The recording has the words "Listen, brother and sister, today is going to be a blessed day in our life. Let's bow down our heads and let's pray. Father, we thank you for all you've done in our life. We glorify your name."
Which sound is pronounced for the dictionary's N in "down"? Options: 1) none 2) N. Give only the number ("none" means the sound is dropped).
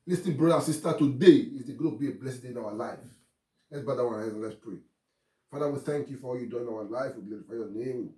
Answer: 1